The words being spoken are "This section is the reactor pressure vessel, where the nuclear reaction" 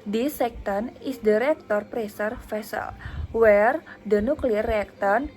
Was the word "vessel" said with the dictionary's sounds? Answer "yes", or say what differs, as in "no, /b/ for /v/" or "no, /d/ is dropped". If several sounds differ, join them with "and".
no, /f/ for /v/